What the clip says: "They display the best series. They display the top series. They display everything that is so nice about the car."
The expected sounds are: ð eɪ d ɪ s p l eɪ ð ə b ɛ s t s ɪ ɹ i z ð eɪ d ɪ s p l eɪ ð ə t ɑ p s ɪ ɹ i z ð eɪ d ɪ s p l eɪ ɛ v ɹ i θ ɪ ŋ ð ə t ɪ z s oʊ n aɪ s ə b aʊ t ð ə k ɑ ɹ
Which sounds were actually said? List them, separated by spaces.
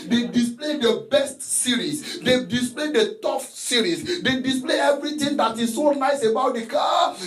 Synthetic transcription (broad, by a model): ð eɪ d ɪ s p l eɪ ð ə b ɛ s t s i ɹ i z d eɪ d ɪ s p l eɪ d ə t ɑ f s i ɹ i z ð eɪ d ɪ s p l eɪ ɛ v ɹ i t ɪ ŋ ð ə t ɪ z s oʊ n aɪ s ə b aʊ t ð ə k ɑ